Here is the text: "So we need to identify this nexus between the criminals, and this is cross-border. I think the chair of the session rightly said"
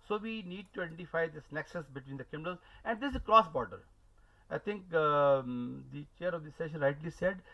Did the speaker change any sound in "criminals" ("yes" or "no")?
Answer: yes